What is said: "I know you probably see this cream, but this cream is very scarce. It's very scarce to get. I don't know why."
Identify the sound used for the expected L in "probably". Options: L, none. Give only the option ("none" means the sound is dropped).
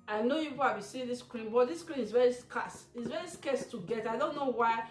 none